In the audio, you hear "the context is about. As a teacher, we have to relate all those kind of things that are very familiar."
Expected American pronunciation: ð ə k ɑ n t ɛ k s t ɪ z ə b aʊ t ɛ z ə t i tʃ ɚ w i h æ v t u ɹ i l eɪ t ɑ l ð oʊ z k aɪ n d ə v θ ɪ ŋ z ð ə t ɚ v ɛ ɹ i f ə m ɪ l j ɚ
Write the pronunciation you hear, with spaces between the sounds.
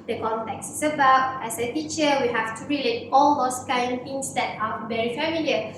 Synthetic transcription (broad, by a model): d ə k ɑ n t ɛ k s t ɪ s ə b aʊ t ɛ s ə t i tʃ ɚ w i h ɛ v t u ɹ i l eɪ t ɑ l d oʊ s k aɪ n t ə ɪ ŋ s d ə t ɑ v ɛ ɹ i f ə m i l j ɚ